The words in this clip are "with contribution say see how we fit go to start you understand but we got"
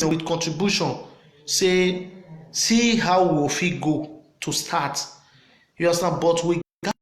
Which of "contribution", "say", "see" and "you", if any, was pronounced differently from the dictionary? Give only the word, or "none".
none